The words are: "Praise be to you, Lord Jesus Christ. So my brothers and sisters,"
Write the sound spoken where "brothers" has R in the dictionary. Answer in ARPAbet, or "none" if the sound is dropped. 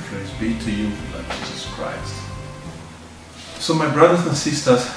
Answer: R